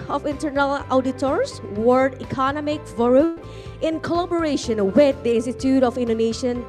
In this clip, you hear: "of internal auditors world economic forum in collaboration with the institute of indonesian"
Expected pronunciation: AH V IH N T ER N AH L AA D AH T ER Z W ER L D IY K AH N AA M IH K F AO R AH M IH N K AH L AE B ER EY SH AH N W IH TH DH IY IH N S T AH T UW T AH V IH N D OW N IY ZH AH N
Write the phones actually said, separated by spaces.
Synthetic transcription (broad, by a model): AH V IH N T ER N AH L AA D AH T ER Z W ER D IY K AH N AA M IH K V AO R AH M IH N K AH L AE B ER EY SH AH N W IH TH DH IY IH N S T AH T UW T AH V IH N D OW N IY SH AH N